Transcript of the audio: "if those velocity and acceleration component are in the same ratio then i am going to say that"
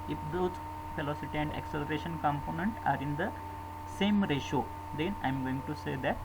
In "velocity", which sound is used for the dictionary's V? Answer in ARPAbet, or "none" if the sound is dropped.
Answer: F